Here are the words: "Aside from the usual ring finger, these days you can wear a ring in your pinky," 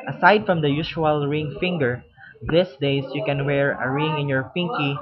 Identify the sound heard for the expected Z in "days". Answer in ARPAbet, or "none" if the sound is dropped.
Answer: S